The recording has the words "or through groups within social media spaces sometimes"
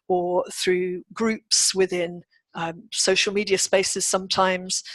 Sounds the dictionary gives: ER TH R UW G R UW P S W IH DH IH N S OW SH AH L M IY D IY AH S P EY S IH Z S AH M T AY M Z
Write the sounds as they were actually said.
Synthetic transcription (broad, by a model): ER TH R UW G R UW P S W IH DH IH N S OW SH AH L M IY D IY AH S P EY S IH Z S AH M T AY M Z